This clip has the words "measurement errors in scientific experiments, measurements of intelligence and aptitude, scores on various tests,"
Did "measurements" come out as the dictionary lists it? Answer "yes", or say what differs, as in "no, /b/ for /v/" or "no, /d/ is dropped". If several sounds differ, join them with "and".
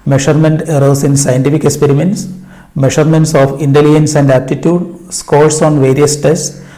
no, /ʃ/ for /ʒ/